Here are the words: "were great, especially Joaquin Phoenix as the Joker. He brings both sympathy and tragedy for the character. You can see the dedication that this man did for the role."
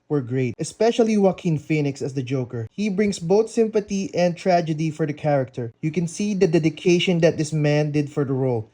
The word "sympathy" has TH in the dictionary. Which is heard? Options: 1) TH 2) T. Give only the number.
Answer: 2